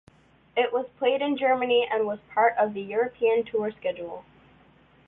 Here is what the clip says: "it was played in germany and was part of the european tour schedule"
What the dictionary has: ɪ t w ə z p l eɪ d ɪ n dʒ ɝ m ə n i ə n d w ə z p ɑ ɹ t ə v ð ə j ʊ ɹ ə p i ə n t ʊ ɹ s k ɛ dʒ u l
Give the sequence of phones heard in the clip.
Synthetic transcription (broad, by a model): ɪ t w ə z p l eɪ d ɪ n dʒ ɝ m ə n i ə n w ə z p ɑ ɹ t ə v ð ə j ʊ ɹ ə p i ə n t ʊ ɹ s k ɛ dʒ u l